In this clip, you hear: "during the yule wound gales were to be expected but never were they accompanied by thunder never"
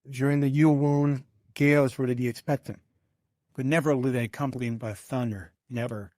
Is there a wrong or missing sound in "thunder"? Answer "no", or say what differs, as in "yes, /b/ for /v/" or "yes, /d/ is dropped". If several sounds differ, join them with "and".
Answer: no